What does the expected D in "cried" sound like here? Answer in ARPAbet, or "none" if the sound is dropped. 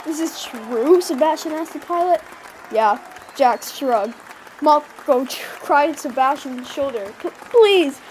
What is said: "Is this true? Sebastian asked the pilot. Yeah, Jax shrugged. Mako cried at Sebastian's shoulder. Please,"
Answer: none